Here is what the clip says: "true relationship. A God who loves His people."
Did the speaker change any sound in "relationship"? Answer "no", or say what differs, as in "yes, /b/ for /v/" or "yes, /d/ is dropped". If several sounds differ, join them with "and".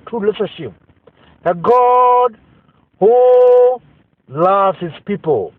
yes, /n/ is dropped